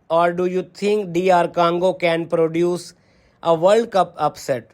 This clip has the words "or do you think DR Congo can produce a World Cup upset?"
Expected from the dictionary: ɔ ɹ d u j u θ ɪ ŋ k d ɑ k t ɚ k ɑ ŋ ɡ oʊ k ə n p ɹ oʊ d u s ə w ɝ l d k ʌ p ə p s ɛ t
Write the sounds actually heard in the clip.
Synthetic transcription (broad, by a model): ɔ ɹ d u j u t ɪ ŋ k d ɑ t k ɑ ŋ ɡ oʊ k ə n p ɹ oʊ d u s ə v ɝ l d k ʌ p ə p s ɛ t